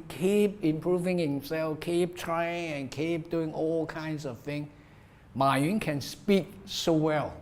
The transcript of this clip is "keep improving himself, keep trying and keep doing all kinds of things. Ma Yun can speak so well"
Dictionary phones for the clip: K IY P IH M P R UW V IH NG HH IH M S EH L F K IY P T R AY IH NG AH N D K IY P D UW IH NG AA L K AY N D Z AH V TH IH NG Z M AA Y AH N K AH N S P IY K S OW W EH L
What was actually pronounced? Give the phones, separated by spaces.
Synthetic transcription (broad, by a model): K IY P IH M P R UW V IH NG HH IH M S EH L F K IY P T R AY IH NG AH N K IY P D UW IH NG AA L K AY N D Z AH V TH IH NG M AA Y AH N K AH N S P IY K S OW W EH L